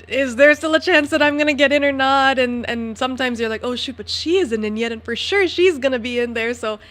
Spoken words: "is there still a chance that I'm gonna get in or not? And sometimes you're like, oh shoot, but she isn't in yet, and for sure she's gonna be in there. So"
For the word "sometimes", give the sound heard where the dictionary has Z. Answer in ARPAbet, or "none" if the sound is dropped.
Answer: Z